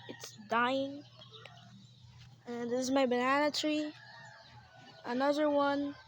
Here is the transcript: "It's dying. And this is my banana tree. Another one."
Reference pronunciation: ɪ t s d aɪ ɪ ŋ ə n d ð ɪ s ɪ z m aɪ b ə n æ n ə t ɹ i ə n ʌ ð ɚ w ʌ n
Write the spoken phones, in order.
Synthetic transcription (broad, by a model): ɪ t s d aɪ ɪ ŋ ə n ð ɪ s ɪ z m aɪ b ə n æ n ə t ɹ i ə n ʌ ð ɚ w ʌ n